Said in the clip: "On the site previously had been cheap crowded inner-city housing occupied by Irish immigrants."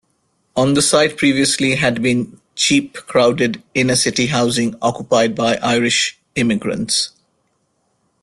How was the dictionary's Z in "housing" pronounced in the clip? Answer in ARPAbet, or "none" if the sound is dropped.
Z